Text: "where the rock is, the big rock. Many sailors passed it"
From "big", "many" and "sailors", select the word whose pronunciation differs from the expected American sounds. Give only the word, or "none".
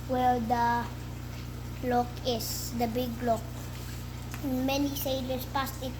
sailors